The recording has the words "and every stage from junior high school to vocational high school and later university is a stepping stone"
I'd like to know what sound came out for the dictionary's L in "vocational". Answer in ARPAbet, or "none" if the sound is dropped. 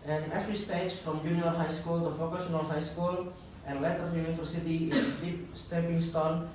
N